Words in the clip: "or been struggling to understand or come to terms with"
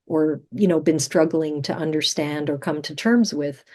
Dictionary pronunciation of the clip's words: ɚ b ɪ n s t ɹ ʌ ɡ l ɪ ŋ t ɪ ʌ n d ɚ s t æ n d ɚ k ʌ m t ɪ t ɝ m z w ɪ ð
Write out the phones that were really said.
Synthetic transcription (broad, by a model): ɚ b ɪ n s t ɹ ʌ ɡ l ɪ ŋ t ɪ ʌ n d ɚ s t æ n d ɚ k ʌ m t ɪ t ɝ m z w ɪ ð